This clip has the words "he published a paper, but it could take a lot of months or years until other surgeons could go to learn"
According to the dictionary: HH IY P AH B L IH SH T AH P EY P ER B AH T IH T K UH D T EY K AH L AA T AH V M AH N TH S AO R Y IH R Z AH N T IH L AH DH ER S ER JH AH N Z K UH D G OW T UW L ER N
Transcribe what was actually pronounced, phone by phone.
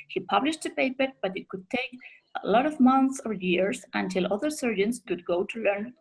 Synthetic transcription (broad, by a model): HH IY P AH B L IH SH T AH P EY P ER B AH T IH T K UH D T EY K AH L AA T AH V M AH N TH S AO R Y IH R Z AH N T IH L AH DH ER S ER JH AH N S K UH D G OW T UW L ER N